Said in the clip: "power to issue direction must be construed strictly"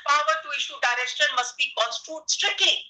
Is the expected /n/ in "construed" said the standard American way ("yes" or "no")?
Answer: no